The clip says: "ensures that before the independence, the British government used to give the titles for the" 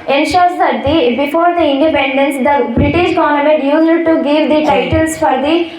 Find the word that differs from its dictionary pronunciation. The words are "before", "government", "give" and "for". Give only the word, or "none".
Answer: government